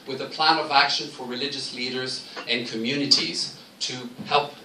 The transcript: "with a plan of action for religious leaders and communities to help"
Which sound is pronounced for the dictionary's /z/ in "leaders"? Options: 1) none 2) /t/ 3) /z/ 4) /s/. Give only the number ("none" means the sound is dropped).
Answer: 3